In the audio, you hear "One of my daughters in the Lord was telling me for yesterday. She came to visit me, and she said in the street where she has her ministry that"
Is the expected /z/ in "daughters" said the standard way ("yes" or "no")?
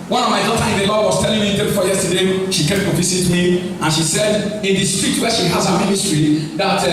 no